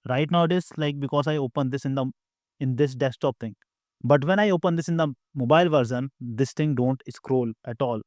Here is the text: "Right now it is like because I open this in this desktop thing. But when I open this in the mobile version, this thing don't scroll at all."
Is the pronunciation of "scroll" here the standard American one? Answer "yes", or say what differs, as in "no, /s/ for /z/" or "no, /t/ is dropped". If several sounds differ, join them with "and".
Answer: yes